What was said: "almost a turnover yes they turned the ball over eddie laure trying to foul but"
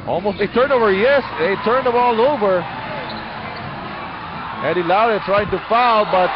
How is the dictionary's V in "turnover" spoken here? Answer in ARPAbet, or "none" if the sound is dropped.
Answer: V